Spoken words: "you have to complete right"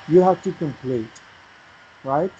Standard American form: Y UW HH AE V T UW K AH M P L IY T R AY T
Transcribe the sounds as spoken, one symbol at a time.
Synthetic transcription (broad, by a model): Y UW HH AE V T UW K AH M P L IY T R AY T